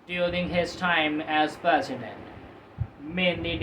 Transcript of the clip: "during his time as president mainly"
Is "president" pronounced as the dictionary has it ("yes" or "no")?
no